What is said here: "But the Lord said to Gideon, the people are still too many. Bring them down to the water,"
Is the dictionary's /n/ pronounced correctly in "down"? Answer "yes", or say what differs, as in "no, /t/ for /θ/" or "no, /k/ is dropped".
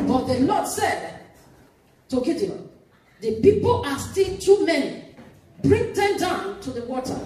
yes